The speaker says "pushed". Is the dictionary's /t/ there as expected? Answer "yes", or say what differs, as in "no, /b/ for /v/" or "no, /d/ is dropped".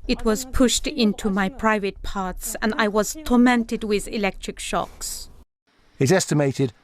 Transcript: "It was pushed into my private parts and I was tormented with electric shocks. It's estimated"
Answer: yes